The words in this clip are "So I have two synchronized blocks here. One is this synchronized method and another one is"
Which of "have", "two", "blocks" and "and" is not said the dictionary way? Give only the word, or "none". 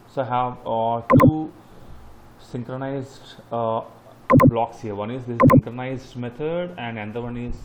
none